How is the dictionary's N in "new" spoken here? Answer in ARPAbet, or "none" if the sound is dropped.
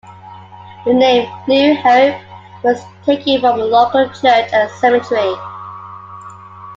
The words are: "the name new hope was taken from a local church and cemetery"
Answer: L